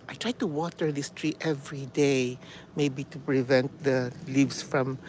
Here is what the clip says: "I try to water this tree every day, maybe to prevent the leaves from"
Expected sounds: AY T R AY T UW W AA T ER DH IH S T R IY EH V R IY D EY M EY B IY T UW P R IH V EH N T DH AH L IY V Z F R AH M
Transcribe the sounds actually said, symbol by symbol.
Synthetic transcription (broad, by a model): AY T R AY T UW W AA T ER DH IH S T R IY EH V R IY D EY M EY B IY T UW P R IH V EH N T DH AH L IY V S F R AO M